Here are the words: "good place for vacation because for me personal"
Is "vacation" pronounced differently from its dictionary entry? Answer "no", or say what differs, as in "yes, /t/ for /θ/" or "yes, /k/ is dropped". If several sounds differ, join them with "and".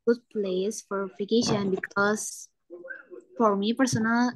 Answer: yes, /f/ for /v/